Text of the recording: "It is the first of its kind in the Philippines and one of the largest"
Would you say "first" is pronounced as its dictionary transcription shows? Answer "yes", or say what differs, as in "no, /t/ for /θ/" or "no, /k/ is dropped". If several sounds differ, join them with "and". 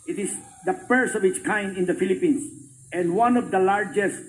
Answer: no, /p/ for /f/ and /t/ is dropped